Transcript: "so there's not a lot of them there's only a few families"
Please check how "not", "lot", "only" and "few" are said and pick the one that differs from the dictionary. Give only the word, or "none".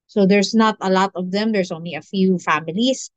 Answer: none